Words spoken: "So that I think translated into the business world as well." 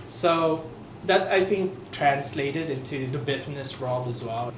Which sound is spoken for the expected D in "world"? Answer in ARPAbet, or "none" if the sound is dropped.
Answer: none